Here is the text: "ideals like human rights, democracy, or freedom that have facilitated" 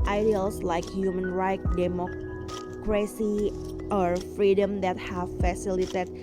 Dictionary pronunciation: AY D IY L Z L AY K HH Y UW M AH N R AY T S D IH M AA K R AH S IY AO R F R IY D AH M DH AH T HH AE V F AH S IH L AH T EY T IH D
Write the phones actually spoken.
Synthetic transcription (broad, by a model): AY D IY L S L AY K HH Y UW M AH N R AY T D IH M AA K R AH S IY AO R F R IY D AH M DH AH T HH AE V F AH S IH L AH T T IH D